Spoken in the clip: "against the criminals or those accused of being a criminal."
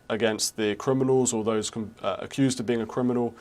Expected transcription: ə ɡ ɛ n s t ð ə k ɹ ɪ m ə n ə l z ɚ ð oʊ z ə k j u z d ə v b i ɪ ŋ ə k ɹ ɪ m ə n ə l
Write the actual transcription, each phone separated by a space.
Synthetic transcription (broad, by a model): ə ɡ ɛ n s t ð ə k ɹ ɪ m ə n ə l z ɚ ð oʊ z ə k j u z d ə v b i ɪ ŋ ə k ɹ ɪ m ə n ə l